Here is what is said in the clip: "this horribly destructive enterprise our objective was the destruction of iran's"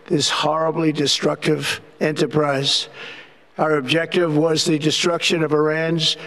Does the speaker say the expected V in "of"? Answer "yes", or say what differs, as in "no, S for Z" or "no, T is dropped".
yes